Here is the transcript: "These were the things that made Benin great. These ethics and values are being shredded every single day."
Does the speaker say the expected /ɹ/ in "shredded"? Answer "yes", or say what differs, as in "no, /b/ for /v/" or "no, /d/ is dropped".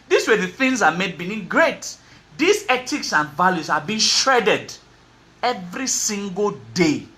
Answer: yes